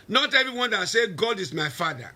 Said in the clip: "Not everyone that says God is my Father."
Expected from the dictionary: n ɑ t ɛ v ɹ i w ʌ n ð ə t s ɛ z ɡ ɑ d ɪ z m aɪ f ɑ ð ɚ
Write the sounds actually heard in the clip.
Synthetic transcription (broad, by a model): n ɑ t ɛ v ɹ i w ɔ n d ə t s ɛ ɡ ɑ d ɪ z m aɪ f ɑ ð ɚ